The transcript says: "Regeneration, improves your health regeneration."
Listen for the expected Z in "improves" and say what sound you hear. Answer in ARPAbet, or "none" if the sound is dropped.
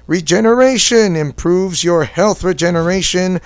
Z